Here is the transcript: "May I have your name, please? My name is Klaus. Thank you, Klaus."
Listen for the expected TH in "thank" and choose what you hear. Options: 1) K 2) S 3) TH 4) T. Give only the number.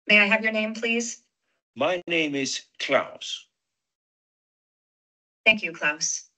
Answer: 3